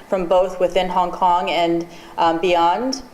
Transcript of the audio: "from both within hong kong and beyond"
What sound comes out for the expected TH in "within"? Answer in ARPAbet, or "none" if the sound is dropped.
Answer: TH